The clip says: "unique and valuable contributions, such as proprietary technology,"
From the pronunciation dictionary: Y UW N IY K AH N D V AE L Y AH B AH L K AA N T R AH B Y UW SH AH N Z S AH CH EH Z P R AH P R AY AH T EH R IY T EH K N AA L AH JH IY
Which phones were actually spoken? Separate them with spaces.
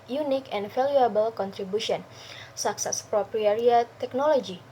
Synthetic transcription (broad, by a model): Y UW N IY K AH N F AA L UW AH B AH L K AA N T R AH B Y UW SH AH N S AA S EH S P R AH P R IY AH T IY IY T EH K N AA L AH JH IY